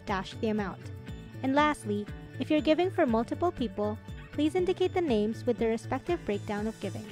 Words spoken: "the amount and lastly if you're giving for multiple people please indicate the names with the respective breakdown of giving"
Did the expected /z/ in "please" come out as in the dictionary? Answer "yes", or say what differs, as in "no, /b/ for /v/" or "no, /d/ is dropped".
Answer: yes